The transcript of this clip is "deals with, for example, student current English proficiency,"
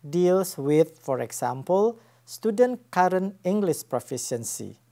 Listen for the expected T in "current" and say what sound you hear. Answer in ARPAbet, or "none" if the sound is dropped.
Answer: none